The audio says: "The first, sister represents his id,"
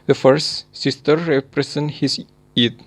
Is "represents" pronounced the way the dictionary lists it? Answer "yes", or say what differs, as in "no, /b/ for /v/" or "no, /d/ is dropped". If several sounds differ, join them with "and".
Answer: no, /s/ is dropped